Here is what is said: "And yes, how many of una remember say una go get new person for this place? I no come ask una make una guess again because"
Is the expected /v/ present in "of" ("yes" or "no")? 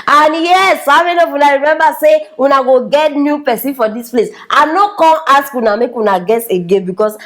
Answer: no